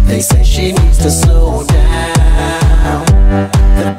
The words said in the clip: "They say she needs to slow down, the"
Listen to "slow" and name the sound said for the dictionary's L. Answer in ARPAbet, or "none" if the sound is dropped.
none